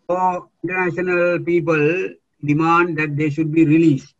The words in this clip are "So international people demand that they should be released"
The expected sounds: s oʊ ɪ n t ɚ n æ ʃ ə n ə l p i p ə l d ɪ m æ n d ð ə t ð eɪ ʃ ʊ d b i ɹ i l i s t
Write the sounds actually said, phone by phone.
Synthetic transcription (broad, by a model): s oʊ ɪ n t ɚ n æ ʃ ə n ə l p i p ə l d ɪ m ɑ n d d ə t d eɪ ʃ ʊ d b i ɹ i l i s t